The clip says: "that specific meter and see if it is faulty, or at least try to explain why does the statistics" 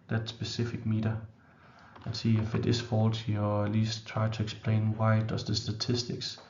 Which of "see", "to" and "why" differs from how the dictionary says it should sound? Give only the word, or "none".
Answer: to